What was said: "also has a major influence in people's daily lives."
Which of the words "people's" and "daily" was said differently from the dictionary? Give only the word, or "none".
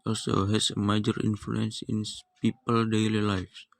people's